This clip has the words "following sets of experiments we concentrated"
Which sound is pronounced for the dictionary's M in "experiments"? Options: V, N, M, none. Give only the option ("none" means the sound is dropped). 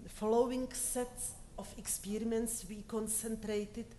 none